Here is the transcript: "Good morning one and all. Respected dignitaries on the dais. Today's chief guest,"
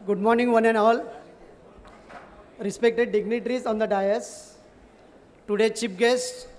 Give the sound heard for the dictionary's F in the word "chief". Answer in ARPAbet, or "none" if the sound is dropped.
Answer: P